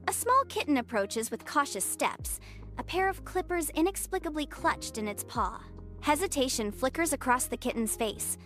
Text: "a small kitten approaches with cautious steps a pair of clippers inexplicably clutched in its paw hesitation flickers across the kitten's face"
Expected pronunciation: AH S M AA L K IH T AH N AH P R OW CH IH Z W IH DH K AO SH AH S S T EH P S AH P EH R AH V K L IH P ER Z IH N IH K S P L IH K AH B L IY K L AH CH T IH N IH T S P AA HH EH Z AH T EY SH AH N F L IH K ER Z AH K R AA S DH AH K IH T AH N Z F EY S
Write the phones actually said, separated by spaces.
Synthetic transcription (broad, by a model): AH S M AA L K IH T N AH P R OW CH IH Z W IH DH K AO SH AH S S T EH P S AH P EH R AH V K L IH P ER Z IH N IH K S P L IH K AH B L IY K L AH CH T IH N IH T S P AA HH EH Z AH T EY SH AH N F L IH K ER Z AH K R AA S DH AH K IH T N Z F EY S